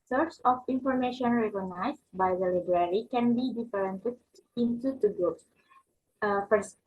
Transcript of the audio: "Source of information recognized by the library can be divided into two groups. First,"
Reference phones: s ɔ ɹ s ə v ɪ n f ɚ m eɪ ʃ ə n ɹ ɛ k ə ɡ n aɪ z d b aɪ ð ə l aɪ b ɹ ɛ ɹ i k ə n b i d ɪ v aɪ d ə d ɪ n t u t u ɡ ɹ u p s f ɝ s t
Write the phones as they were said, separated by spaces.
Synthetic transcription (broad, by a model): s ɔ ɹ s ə f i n f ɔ m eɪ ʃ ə n ɹ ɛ k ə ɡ n aɪ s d b aɪ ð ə l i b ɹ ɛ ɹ i k ə n b i d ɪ f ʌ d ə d ɪ n t u t u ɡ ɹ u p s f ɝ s